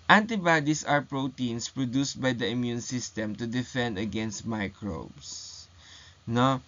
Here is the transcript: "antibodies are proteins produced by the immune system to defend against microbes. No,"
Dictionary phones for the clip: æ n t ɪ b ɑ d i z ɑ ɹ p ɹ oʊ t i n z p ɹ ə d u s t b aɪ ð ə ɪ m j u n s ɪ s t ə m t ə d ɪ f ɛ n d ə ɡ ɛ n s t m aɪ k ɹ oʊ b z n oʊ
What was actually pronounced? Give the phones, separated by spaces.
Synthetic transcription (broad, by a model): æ n t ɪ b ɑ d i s ɑ ɹ p ɹ oʊ t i n s p ɹ ə d u s t b aɪ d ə ɪ m j u n s ɪ s t ə m t ə d ɪ f ɛ n d ə ɡ ɛ n s t m aɪ k ɹ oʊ b s n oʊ